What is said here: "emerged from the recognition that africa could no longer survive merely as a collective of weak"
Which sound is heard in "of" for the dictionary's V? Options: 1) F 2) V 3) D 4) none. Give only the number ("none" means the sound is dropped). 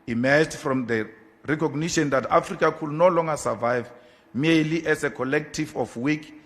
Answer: 1